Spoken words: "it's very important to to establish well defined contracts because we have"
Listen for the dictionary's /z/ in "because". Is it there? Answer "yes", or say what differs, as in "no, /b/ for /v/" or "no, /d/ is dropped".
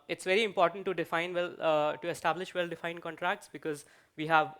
yes